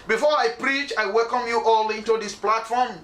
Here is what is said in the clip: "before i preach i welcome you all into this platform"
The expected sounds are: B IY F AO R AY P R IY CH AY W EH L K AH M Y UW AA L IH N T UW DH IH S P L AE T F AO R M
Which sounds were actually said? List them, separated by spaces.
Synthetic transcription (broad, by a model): B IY F AO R AY P R IY CH AY W EH L K AH M Y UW AA L IH N T UW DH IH S P L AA T F AO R M